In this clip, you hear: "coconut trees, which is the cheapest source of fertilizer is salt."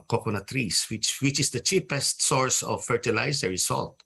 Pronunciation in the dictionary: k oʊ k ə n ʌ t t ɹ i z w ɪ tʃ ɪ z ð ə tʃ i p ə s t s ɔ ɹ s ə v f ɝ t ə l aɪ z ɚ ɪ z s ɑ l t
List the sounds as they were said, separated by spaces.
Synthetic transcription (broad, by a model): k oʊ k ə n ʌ t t w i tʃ w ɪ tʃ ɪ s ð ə tʃ i p ə s t s ɔ ɹ s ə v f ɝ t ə l aɪ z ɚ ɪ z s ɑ l t